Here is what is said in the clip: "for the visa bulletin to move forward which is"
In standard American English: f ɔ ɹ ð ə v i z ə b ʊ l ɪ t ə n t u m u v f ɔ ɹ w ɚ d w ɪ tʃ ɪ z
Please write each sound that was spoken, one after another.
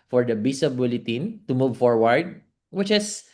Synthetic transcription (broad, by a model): f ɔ ɹ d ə b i s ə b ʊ l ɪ t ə n t u m u v f ɔ ɹ w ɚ d w ɪ tʃ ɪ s